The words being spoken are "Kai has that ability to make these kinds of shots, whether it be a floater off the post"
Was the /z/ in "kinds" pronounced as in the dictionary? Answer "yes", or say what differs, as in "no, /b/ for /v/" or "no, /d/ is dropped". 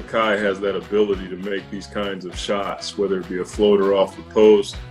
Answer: yes